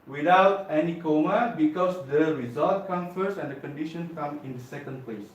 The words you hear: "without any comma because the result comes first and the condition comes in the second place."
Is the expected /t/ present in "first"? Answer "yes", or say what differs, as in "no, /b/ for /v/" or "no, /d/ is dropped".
no, /t/ is dropped